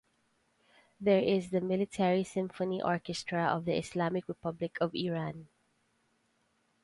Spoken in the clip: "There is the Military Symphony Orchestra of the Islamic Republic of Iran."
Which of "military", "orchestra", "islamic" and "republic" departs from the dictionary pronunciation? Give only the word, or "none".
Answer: islamic